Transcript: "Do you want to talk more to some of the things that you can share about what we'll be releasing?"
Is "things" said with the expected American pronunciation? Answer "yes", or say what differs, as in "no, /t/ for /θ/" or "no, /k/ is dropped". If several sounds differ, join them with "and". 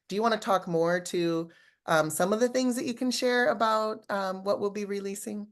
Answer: yes